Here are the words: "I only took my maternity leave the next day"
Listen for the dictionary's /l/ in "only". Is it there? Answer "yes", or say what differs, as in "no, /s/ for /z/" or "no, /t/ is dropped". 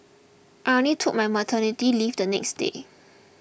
no, /l/ is dropped